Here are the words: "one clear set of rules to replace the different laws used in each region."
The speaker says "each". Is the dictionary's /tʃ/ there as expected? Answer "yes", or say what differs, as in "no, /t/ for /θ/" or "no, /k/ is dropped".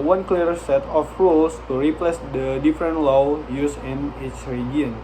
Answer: no, /s/ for /tʃ/